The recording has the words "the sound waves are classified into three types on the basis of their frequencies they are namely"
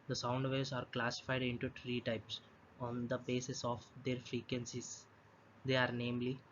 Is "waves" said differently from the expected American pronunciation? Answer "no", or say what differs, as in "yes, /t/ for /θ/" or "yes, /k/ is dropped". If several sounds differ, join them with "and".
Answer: yes, /v/ is dropped